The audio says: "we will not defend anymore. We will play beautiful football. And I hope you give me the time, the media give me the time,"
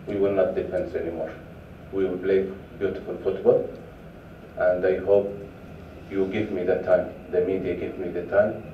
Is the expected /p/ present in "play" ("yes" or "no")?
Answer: no